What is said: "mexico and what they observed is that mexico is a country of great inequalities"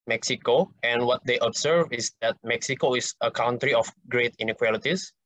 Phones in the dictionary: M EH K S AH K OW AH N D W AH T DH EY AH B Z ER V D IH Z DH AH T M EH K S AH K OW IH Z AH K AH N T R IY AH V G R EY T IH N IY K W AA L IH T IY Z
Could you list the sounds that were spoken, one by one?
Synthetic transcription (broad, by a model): M EH K S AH K OW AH N W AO T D EY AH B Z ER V IH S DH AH T M EH K S AH K OW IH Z AH K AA N T R IY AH F G R EY T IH N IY K W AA L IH T IY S